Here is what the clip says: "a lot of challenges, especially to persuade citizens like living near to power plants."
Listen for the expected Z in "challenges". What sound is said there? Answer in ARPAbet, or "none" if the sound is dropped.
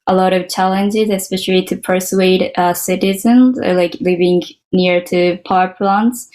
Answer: Z